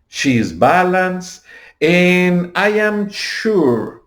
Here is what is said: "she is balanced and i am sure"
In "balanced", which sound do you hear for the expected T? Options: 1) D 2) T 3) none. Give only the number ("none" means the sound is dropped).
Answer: 3